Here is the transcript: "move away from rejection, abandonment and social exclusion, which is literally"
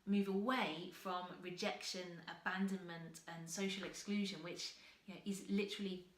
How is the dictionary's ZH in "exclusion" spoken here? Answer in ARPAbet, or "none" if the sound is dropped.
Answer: ZH